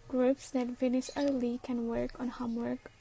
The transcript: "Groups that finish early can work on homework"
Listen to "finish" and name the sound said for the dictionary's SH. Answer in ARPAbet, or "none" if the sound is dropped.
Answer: S